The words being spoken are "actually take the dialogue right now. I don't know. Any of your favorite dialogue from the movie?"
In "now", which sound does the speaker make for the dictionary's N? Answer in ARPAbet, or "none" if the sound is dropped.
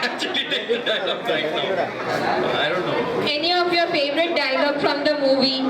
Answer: L